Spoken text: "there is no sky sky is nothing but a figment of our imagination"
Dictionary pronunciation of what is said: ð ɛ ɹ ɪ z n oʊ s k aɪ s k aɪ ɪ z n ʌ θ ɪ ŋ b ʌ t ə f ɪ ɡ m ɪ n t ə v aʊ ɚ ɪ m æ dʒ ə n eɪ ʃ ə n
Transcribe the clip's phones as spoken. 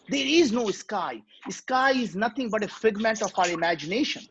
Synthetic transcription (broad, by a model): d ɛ ɹ ɪ z n oʊ s k aɪ s k aɪ ɪ z n ʌ t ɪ ŋ b ʌ t ə f ɪ ɡ m ɪ n t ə f aʊ ɚ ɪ m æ dʒ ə n eɪ ʃ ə n